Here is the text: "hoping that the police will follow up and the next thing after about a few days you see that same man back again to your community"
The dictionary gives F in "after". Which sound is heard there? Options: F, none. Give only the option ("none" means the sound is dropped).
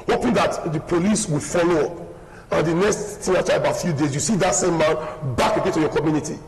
none